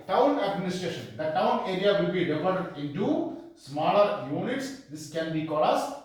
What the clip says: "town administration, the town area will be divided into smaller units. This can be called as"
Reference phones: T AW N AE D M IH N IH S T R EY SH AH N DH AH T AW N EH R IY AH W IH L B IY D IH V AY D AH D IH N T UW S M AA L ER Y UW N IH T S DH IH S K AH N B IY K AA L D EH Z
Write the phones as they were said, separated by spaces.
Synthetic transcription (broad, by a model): T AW N AE D M IH N IH S T R EY SH AH N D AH T AW N EH R IY AH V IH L B IY D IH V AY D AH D IH N T UW S M AA L ER Y UW N IH T S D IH S K AH N B IY K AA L AH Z